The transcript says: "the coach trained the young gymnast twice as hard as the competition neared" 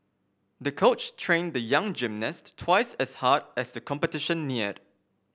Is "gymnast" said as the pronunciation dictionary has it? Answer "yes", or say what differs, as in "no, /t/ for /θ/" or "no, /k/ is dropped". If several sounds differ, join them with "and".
yes